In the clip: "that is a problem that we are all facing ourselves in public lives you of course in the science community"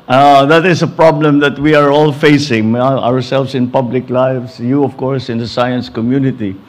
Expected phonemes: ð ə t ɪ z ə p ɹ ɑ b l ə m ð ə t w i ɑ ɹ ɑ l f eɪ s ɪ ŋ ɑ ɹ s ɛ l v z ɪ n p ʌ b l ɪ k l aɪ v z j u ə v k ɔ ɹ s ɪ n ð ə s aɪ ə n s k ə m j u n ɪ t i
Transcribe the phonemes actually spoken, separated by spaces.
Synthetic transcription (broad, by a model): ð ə t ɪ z ə p ɹ ɑ b l ə m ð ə t w i ɑ ɹ ɑ l f eɪ s ɪ ŋ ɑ ɹ s ɛ l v s ɪ n p ʌ b l ɪ k l aɪ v s j u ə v k ɔ ɹ s ɪ n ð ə s aɪ ə n s k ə m j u n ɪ t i